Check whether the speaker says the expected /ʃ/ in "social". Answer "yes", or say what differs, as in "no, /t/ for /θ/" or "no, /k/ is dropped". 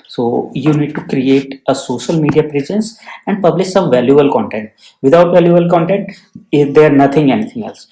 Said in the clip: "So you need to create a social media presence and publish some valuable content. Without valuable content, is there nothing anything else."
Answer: yes